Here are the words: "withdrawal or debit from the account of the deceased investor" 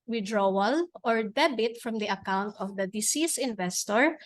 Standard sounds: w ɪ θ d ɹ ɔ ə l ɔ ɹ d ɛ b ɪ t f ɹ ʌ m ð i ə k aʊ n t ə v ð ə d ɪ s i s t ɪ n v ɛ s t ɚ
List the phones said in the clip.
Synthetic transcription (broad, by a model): w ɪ d ɹ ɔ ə l ɔ ɹ d ɛ b ɪ t f ɹ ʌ m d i ə k aʊ n t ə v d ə d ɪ s i s ɪ n v ɛ s t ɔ